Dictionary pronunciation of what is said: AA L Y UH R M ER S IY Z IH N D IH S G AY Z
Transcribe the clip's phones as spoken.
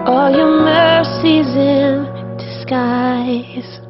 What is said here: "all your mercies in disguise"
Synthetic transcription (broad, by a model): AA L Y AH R M ER S IY Z IH N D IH S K AY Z